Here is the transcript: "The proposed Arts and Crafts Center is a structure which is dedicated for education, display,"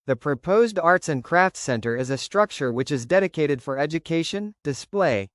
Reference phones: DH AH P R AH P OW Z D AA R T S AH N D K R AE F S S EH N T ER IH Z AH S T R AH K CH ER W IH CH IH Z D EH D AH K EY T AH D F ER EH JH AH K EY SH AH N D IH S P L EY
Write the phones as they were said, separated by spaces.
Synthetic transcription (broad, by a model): DH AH P R AH P OW Z D AA R T S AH N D K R AE F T S EH N T ER IH Z AH S T R AH K CH ER W IH CH IH Z D EH D AH K EY T AH D F ER EH JH AH K EY SH AH N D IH S P L EY